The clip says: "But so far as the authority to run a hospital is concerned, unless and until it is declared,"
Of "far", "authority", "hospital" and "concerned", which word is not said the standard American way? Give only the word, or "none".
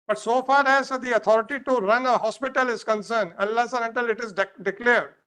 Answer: authority